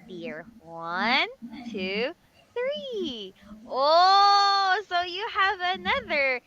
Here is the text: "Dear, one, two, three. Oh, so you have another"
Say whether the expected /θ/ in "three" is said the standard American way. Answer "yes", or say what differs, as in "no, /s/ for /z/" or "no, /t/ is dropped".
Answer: yes